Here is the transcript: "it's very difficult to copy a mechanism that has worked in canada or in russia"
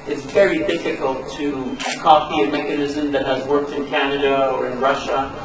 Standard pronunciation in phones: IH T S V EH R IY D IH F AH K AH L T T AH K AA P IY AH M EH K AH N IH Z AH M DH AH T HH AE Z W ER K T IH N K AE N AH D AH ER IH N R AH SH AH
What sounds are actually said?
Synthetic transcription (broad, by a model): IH T S V EH R IY D IH F AH K AH L T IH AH K AA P IY AH M EH K AH N IH Z AH M DH AH T HH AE Z W ER K T IH N K AE N AH D AH ER IH N R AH SH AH